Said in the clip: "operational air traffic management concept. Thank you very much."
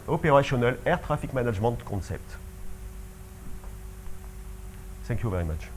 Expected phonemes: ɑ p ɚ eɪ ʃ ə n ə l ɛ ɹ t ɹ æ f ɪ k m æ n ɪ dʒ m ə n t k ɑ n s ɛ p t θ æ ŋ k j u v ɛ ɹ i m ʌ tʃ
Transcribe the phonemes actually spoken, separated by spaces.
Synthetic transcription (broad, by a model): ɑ p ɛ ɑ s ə n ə l ɛ ɹ t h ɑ f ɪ k m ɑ n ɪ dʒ m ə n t k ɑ s ɛ p t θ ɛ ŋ k j u v ɛ ɹ i m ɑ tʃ